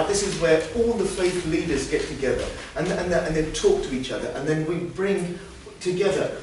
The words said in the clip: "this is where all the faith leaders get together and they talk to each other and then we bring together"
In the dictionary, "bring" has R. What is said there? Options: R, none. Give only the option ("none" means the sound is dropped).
R